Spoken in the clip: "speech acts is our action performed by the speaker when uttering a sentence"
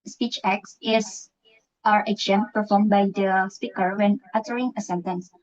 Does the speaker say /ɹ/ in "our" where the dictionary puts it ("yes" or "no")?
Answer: yes